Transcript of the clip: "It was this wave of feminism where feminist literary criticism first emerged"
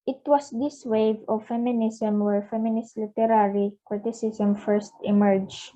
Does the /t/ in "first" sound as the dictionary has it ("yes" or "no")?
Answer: yes